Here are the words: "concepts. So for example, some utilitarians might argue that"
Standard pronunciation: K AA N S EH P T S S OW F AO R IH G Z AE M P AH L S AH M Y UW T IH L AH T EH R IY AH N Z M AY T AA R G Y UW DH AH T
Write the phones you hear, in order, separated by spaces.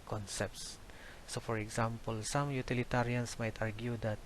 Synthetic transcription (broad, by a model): K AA N S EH P T S S OW F AO R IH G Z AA M P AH L S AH M Y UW T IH L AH T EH R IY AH N S M AY T AA R G Y UW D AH T